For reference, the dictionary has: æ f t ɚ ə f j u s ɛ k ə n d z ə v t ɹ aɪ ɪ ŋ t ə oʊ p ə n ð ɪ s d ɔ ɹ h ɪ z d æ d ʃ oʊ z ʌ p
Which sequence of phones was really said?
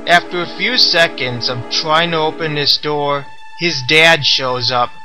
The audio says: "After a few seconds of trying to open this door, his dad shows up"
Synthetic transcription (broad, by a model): æ f t ɚ ə f j u s ɛ k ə n d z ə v t ɹ aɪ ɪ ŋ t ə oʊ p ə n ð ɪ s d ɔ ɹ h ɪ z d æ d ʃ oʊ z ʌ p